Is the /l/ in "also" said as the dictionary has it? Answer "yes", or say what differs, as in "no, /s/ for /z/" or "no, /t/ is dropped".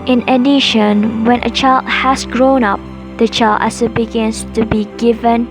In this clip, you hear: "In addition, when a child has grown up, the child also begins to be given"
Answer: no, /l/ is dropped